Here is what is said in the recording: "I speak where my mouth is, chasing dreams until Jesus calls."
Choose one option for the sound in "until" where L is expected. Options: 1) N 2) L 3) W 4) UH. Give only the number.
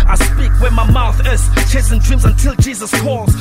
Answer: 2